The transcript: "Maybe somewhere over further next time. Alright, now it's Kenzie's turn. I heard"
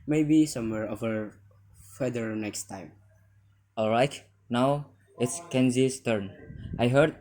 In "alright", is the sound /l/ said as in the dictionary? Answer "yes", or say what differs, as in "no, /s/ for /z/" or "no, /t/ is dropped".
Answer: yes